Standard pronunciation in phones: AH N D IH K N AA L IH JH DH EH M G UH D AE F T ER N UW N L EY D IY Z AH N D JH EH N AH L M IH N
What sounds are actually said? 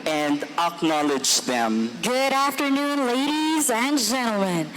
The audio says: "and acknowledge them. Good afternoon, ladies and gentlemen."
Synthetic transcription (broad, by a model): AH N D IH K N AA L IH JH DH EH M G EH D AE F T ER N UW N L EY D IY Z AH N JH EH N L M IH N